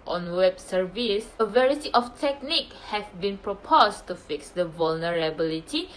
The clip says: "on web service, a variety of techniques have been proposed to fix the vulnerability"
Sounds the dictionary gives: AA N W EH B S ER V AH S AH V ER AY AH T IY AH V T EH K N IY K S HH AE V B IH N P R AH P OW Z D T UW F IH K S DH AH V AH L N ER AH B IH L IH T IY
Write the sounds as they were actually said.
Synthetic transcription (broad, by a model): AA N W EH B S ER V AH S AH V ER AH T IY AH F T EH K N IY K HH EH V B IH N P R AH P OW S T UW F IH K S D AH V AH L N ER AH B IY L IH T IY